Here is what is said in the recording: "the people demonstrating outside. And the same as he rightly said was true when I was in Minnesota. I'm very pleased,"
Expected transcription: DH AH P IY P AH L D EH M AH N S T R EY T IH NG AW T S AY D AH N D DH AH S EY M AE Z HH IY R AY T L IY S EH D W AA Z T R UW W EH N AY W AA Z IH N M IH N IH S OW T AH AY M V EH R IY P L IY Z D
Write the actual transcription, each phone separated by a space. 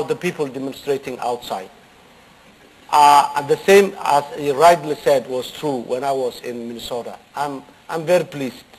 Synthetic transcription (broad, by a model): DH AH P IY P AH L D EH M AH N S T R EY T IH NG AW T S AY AH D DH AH S EY M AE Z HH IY R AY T L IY S EH D W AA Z T R UW W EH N AY W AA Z IH N M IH N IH S OW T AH AY M V EH R IY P L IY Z